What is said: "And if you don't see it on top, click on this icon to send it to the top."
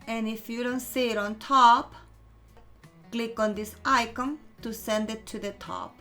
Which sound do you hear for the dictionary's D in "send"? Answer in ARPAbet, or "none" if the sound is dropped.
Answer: D